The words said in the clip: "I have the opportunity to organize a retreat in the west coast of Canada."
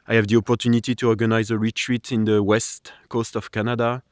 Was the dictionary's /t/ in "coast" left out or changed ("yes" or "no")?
no